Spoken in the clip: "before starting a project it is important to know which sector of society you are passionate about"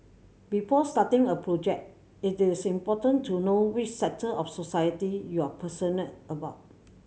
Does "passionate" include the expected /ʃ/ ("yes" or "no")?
no